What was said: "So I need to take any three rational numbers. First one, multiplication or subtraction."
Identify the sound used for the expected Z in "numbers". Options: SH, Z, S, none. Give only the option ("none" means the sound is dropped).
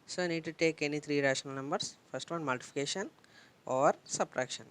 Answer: S